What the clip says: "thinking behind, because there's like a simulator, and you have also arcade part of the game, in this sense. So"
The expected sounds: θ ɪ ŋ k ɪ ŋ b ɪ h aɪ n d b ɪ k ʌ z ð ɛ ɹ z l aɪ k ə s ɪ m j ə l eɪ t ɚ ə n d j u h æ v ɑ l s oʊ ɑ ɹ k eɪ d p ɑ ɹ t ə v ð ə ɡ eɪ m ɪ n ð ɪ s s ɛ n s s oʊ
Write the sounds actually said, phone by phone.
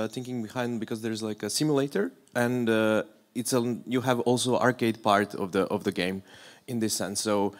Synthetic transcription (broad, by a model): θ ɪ ŋ k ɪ ŋ b ɪ h aɪ n d b ɪ k ʌ z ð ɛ ɹ z l aɪ k ə s ɪ m j ə l eɪ t ɚ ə n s j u h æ v ɑ l s oʊ ɑ ɹ k eɪ d p ɑ ɹ t ə v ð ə ɡ eɪ m ɪ n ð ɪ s s ɛ n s s oʊ